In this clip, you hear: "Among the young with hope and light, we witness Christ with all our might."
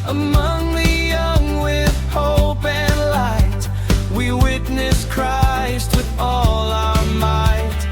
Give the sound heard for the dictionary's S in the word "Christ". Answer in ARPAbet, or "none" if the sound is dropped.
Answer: S